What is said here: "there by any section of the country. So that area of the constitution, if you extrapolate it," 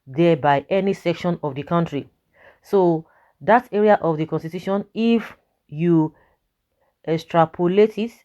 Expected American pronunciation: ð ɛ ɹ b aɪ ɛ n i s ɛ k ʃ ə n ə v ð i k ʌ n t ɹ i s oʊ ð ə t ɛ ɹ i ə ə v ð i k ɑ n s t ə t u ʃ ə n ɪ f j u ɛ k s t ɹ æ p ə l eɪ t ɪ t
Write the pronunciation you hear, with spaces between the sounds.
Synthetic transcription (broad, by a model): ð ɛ b aɪ ɛ n i s ɛ k ʃ ə n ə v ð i k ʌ n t ɹ i s oʊ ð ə t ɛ ɹ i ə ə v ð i k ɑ n s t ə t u ʃ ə n ɪ f j u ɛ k s t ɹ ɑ p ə l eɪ t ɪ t